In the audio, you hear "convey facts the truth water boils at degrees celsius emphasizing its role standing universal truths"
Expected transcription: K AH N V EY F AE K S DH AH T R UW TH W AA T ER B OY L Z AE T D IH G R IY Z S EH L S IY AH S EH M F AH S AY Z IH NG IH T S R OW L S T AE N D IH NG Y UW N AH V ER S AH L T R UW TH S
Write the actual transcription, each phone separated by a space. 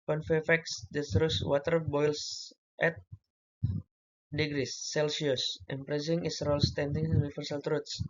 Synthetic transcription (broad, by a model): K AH N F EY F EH K S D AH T R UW S W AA T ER B OY L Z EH T D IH G R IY S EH L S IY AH S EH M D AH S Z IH NG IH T S R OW L S T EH N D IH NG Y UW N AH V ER S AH L T R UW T S